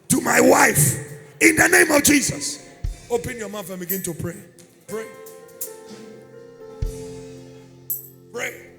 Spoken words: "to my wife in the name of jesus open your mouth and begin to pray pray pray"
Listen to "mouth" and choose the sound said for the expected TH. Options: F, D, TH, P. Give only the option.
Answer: F